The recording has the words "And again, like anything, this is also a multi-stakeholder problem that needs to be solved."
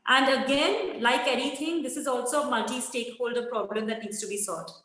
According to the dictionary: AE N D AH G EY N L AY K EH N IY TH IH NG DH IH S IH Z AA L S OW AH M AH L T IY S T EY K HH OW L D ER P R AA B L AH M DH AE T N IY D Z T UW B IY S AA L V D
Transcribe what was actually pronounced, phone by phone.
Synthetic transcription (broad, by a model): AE N D AH G EY N L AY K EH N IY T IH NG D IH S IH Z AA L S OW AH M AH T IY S T EY K HH OW L D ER P R AA B L AH M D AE T N IY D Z T UW B IY S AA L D